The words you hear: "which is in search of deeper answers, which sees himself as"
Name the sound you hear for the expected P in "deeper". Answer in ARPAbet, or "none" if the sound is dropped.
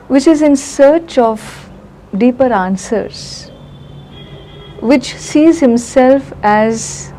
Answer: P